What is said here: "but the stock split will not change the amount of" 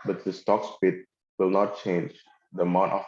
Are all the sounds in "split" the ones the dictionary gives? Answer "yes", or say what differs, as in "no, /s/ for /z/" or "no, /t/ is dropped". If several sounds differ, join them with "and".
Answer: no, /l/ is dropped